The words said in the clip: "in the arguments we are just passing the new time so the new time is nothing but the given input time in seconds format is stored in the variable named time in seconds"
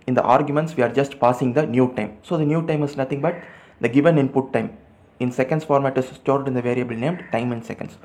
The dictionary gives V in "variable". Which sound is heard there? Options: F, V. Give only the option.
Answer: V